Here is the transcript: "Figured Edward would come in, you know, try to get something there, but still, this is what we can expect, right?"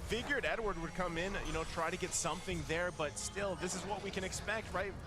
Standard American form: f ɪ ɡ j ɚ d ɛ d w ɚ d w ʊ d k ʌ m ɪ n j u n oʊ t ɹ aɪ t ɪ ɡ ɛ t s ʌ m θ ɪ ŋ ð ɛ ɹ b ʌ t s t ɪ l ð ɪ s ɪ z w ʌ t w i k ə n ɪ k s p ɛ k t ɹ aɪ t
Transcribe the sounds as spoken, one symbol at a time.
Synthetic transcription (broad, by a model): f ɪ ɡ j ɚ d ɛ d w ɚ d w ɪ d k ʌ m ɪ n j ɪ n oʊ t ɹ aɪ t ɪ ɡ ɛ t s ʌ m θ ɪ ŋ ð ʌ ɹ b ʌ t s t ɪ l ð ɪ s ɪ z w ʌ t w i k ə n ɪ k s p ɛ k t ɹ aɪ t